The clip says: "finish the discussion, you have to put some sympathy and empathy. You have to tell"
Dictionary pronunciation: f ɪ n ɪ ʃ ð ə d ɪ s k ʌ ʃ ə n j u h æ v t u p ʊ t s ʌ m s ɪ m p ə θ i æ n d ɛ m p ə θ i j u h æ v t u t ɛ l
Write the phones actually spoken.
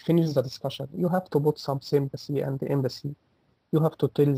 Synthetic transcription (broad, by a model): f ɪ n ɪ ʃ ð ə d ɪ s k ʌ ʃ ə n j u h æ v t u b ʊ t s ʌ m s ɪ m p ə s i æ n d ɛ m b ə s i j u h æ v t u t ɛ l